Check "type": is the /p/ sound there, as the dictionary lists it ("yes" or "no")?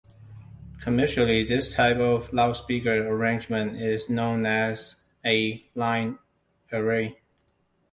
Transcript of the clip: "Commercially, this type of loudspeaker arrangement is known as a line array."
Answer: yes